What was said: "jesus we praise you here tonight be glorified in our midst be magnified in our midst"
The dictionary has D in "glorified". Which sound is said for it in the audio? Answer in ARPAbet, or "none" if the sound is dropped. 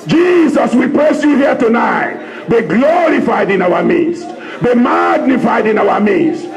D